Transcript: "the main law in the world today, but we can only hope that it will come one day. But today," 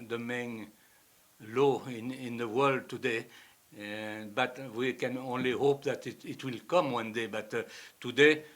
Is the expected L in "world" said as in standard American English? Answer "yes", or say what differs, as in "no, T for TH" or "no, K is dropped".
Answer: yes